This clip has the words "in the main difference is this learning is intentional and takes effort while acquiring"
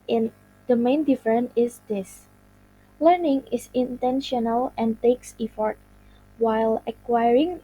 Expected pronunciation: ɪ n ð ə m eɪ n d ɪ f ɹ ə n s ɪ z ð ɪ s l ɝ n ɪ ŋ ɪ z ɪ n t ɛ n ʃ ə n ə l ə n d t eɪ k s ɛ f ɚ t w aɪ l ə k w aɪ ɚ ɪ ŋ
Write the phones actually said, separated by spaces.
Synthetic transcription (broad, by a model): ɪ n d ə m eɪ n d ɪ f ɹ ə n ɪ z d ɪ s l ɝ n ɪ ŋ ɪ s ɪ n t ɛ n ʃ ə n ə l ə n t eɪ k s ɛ f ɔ t w aɪ l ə k w aɪ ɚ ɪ ŋ